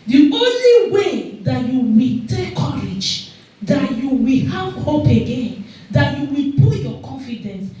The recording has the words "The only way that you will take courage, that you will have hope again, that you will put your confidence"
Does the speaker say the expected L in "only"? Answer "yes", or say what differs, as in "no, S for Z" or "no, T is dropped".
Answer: yes